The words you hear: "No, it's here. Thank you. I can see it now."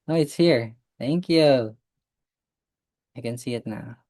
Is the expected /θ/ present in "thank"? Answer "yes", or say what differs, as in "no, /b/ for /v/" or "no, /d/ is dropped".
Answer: yes